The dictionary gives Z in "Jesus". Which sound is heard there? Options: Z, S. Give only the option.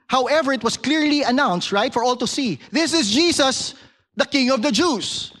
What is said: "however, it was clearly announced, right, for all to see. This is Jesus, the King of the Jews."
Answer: S